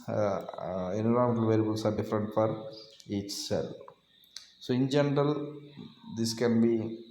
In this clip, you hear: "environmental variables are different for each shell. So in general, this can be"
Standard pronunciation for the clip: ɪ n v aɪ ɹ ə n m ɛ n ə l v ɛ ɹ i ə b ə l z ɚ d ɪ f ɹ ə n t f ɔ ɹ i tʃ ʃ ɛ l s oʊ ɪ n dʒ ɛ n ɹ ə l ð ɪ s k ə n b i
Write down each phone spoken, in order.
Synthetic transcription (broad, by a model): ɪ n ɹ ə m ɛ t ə l v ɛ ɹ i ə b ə l s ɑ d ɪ f ɹ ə n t f ɔ ɹ i tʃ s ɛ l s oʊ ɪ n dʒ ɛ n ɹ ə l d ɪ s k ə n b i